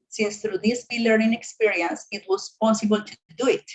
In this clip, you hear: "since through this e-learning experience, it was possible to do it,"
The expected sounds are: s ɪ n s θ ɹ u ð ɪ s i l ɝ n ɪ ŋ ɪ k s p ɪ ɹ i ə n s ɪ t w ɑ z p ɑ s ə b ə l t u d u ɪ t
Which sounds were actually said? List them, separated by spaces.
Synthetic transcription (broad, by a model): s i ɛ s t ɹ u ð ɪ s i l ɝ ɪ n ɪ k s p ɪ ɹ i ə n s ɪ t w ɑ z p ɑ s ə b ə l t u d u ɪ t